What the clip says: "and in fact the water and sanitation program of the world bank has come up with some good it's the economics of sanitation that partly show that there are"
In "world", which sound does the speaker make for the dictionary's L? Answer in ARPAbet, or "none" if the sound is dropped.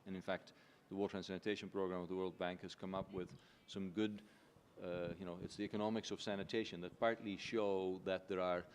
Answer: L